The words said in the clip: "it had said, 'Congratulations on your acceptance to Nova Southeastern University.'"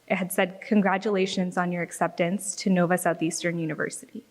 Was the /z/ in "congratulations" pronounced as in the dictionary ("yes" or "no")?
yes